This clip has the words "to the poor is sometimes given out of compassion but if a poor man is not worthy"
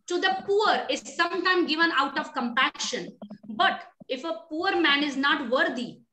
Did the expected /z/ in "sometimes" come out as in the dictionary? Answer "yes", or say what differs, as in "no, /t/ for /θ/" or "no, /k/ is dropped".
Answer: no, /z/ is dropped